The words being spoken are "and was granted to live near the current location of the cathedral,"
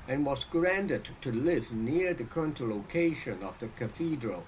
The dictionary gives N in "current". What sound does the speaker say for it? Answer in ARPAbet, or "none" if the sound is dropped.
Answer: N